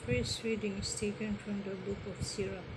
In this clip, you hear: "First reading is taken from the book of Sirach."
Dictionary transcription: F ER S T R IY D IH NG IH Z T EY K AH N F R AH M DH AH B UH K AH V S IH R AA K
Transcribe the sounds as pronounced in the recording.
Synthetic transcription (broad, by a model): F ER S R IY D IH NG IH S T EY K AH N F R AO M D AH B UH K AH F S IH R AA